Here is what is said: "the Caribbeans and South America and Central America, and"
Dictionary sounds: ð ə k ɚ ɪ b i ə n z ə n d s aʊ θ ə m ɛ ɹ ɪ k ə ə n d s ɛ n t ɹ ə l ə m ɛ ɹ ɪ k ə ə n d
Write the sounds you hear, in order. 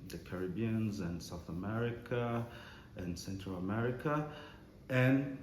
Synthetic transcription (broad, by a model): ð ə k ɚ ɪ b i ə n z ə n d s aʊ θ ə m ɛ ɹ ɪ k ə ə n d s ɛ n t ɹ ə l ə m ɛ ɹ ɪ k ə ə n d